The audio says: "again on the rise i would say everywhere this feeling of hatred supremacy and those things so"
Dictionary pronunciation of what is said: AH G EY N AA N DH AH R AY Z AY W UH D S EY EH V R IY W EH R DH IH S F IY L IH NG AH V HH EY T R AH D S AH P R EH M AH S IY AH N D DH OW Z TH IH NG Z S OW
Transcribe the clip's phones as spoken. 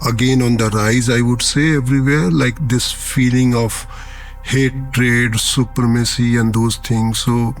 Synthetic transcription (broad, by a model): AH G EY N AA N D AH R AY Z AY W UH D S EY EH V R IY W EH R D IH S F IY L IH NG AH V HH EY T R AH D S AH P R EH M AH S IY AH N D OW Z T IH NG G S OW